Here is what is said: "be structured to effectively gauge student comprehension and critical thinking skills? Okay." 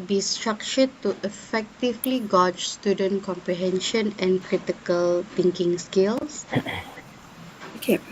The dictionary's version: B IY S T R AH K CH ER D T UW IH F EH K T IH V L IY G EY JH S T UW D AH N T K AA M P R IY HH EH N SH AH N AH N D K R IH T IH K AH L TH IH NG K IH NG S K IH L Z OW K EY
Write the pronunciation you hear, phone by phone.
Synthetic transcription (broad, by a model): B IY S T R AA K CH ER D T UW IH F EH K T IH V L IY G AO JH S T UW D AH N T K AA M P R IY HH EH N SH AH N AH N K R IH T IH K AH L T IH NG K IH NG S K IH L S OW K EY